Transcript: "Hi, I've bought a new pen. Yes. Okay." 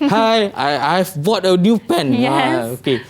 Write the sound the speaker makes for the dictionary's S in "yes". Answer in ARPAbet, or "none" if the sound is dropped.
none